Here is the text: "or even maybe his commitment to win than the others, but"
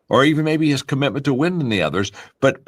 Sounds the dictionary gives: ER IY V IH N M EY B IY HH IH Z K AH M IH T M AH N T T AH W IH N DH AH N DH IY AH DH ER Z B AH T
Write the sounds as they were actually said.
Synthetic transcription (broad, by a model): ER IY V IH N M EY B IY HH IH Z K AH M IH T M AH N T T AH W IH N DH AH N DH IY AH DH ER Z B AH T